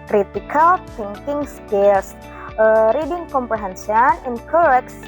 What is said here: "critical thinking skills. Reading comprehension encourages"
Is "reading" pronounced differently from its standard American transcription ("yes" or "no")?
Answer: no